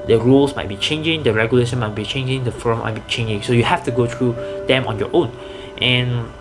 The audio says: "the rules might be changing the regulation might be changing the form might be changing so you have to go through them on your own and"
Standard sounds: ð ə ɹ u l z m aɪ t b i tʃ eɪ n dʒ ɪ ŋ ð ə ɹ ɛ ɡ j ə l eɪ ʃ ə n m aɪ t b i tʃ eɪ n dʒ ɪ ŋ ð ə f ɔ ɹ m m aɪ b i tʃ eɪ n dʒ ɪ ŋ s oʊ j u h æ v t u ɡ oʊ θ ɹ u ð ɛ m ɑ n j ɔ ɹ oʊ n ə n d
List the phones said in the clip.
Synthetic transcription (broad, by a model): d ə ɹ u l s m aɪ t b i tʃ eɪ n dʒ ɪ ŋ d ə ɹ ɛ ɡ j ə l eɪ ʃ ə n m aɪ t b i tʃ eɪ n dʒ ɪ ŋ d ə f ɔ ɹ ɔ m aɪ b i tʃ eɪ n dʒ ɪ ŋ s oʊ j u h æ f t u ɡ oʊ t ɹ u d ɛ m ɑ n j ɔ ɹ oʊ n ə n